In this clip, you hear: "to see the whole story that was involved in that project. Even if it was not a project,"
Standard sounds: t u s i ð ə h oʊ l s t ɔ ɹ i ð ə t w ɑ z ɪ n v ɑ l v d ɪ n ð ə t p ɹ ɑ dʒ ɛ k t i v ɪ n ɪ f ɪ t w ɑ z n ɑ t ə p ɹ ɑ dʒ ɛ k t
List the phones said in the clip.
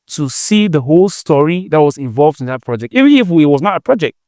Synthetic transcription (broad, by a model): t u s i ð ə h oʊ l s t ɔ ɹ i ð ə t w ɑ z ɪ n v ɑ l v d ɪ n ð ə t p ɹ ɑ dʒ ɛ k t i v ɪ ɪ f ɪ t w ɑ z n ɑ t ə p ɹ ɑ dʒ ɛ k t